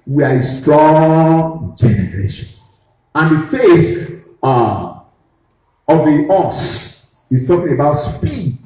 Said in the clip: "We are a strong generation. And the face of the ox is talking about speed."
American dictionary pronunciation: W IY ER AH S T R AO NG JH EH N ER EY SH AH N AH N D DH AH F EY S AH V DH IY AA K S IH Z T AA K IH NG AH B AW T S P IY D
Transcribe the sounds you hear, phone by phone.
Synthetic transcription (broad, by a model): W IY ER AH S T R AO NG JH EH N ER EY SH AH N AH N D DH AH F EY S AH V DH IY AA S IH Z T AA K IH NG AH B AW T S P IY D